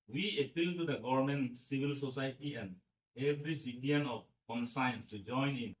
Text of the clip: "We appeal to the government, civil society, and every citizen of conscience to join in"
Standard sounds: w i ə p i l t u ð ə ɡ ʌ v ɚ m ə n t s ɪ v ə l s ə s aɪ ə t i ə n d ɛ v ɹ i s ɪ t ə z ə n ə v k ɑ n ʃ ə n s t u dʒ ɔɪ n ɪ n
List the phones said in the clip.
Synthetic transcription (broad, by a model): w i ə p i l t u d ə ɡ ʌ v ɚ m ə n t s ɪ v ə l s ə s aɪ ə t i ə n d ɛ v ɹ i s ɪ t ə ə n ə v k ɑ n s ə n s t u dʒ ɔɪ n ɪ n